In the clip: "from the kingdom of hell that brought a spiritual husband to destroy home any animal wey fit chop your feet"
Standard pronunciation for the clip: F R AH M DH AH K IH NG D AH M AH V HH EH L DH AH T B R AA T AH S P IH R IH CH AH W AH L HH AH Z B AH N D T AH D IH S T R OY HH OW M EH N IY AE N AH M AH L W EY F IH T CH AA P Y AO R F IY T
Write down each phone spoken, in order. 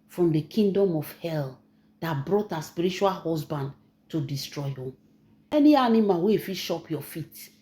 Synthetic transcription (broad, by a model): F R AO M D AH K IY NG D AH M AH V HH EH L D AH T B R AA T AH S P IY R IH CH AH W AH L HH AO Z B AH N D T AH D IH S T R OY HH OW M EH N IY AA N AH M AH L W EY F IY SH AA P Y AO F IY T